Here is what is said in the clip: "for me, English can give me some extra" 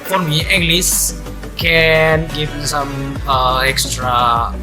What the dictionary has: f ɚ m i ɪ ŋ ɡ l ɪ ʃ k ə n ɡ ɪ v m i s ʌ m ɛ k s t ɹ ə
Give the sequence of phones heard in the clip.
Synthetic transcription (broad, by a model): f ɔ m i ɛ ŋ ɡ l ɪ s k ə n ɡ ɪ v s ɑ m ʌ ɛ k s t ɹ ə